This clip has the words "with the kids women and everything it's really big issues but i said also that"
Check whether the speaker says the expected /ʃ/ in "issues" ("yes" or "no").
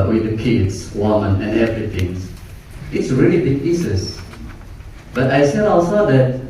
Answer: no